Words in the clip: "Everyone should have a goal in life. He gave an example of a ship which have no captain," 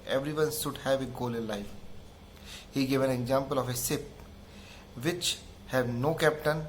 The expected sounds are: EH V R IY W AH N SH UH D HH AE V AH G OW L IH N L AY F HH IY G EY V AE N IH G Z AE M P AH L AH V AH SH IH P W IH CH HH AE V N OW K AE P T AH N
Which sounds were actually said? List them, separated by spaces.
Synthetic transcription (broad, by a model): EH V R IY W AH N SH UH D HH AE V AH G OW L IH N L AY F HH IY G EY V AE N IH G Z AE M P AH L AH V AH S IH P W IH CH HH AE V N OW K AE P T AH N